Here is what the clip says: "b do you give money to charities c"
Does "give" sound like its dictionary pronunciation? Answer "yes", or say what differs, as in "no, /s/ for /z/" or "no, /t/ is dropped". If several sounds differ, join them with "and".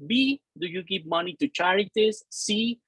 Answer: no, /p/ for /v/